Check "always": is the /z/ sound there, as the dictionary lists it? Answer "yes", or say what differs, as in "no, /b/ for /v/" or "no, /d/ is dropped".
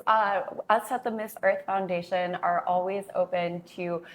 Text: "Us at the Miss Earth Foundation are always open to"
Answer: yes